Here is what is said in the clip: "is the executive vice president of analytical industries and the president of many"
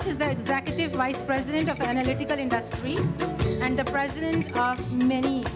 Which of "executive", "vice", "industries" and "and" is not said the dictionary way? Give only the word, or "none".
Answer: industries